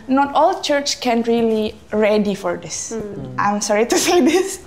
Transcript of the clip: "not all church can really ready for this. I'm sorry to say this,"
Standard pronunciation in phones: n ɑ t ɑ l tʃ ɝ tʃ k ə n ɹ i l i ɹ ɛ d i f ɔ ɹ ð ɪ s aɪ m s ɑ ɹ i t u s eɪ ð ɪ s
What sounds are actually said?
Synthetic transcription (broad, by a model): n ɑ t ɑ l tʃ ɝ tʃ k ə n ɹ i l i ɹ ɛ d i f ɔ ɹ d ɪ s aɪ m s ɑ ɹ i t u s eɪ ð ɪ s